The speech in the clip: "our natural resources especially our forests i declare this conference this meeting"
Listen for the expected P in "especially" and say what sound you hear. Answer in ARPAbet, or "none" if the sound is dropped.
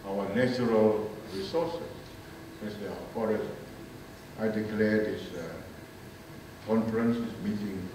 none